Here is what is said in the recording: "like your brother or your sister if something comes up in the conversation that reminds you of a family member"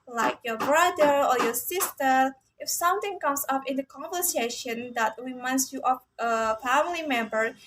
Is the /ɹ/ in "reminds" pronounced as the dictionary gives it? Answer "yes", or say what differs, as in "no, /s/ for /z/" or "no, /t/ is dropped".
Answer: no, /w/ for /ɹ/